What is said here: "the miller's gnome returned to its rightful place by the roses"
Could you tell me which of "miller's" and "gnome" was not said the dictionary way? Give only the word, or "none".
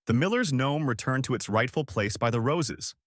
none